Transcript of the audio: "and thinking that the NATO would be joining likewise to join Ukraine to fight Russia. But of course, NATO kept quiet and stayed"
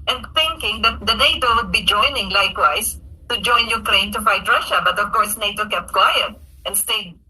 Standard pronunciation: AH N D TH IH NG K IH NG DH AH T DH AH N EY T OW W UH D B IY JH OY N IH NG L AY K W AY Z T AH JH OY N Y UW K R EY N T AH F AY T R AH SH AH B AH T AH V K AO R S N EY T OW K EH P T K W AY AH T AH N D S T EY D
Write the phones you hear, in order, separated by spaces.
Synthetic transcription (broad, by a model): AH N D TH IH NG K IH NG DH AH T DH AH N EY T OW W UH D B IY JH OY N IH NG L AY K W AY S T AH JH OY N Y UW K R EY N T AH F AY T R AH SH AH B AH T AH V K AO R S N EY T OW K EH P T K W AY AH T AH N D S T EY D